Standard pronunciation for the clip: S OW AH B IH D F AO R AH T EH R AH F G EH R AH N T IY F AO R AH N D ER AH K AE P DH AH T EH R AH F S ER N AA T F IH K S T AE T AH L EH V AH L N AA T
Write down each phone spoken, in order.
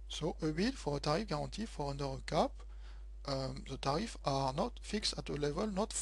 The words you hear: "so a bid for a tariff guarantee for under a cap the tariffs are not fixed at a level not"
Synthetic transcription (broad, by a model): S OW AH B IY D F AO R AH T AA R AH F G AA R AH T IY F AO R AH N D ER AH K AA P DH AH T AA R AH F AA N AA T F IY K S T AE T AH L EH V AH L N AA T